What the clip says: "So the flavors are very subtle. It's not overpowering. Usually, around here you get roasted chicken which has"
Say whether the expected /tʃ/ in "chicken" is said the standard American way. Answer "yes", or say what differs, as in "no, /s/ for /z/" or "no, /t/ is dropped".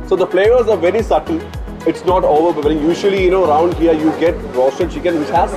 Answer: no, /ʃ/ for /tʃ/